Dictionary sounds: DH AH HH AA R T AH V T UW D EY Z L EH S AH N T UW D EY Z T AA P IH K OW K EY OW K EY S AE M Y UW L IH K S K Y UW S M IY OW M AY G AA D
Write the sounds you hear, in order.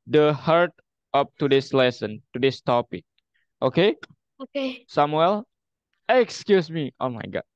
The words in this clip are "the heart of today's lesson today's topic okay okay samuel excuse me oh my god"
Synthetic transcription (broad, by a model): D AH HH AA R T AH P T UW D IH S L EH S AH N T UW D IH S T AA P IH K OW K EY OW K EY S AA M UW L IH K S K Y UW S M IY OW M AY G AA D